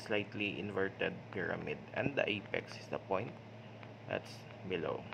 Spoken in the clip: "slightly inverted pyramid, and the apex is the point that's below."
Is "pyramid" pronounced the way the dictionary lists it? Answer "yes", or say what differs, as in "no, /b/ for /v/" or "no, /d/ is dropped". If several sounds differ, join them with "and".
yes